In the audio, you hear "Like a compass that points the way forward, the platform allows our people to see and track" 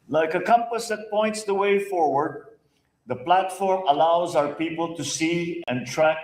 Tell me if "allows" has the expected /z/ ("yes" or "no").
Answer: yes